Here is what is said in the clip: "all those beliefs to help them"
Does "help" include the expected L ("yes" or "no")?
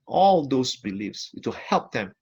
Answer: yes